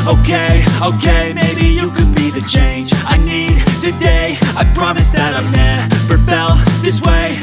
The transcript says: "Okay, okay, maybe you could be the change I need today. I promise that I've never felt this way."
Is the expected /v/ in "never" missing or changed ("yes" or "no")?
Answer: yes